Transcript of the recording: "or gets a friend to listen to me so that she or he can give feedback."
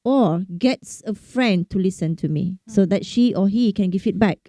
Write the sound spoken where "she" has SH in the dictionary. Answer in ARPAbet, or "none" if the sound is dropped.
SH